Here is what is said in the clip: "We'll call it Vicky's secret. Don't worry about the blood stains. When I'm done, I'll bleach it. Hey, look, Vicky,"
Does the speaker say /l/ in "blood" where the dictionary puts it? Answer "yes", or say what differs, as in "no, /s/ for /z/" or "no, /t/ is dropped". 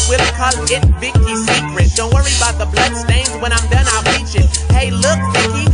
yes